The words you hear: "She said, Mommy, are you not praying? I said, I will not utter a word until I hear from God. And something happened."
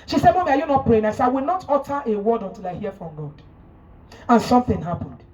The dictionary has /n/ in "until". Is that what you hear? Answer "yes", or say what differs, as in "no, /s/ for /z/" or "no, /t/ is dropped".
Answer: yes